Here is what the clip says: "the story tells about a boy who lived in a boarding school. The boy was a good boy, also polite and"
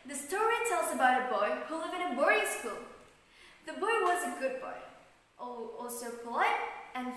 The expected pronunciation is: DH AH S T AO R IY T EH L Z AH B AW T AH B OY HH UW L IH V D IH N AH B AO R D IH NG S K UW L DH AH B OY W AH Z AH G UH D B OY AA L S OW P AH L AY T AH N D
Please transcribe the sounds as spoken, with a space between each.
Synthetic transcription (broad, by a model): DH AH S T AO R IY T EH L Z AH B AW T AH B OY HH UW L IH V IH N AH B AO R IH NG S K UW L DH AH B OY W AH Z AH G UH D B OY AA L S OW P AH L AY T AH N